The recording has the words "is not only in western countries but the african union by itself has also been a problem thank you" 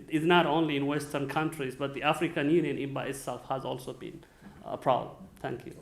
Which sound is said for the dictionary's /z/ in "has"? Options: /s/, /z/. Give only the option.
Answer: /z/